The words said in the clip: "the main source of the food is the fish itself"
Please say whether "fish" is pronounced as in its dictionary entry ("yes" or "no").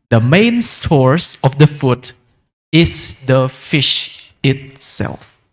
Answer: yes